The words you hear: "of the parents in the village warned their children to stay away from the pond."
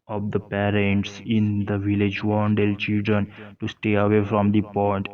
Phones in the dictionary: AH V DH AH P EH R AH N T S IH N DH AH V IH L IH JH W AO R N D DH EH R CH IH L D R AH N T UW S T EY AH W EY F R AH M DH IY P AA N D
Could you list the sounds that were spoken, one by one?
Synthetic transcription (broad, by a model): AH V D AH P EH R AH N T S IH N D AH V IH L IH JH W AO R N D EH L CH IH L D R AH N T UW S T EY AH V EY F R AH M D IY P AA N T